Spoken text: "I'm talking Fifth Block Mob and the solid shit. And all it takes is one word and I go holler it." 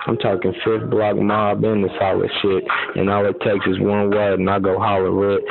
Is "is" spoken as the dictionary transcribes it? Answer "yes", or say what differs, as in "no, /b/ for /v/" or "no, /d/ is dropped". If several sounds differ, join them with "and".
no, /s/ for /z/